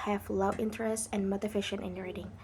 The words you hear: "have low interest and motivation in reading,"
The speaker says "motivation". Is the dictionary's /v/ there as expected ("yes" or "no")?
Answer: no